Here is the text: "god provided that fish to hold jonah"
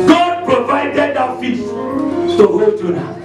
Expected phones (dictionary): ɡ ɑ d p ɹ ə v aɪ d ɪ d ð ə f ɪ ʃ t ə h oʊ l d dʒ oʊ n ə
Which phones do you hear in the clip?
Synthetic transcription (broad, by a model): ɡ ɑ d p ɹ ə v aɪ d ɪ d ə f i s t ə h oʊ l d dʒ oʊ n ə